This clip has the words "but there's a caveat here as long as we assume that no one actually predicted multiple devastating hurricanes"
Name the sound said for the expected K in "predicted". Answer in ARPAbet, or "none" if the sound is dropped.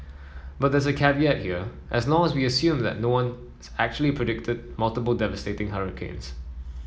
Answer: K